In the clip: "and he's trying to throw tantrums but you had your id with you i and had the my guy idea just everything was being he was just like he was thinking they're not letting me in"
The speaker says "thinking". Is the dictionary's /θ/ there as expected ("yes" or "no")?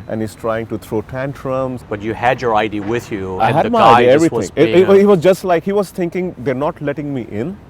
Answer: no